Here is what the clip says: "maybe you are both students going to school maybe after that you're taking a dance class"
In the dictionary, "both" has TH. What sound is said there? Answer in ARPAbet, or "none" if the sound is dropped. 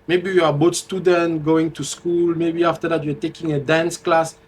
T